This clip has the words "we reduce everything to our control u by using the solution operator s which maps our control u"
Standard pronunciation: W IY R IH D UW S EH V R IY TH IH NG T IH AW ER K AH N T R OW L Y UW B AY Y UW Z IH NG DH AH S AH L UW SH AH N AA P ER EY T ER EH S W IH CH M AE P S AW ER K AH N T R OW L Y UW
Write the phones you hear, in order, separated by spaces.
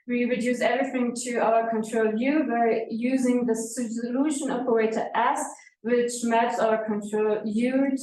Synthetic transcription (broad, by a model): W IY R IH D UW S EH V R IY TH IH NG T IH AW ER K AH N T R OW L Y UW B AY Y UW Z IH NG DH AH S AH L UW SH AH N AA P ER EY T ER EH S W IH CH M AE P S AW ER K AH N T R OW L Y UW